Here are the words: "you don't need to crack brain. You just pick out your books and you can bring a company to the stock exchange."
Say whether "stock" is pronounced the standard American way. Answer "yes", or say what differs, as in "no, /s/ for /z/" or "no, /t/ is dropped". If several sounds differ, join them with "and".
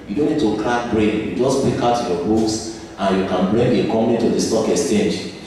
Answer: yes